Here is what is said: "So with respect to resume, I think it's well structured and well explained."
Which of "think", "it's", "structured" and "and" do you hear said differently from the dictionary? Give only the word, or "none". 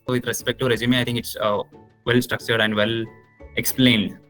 think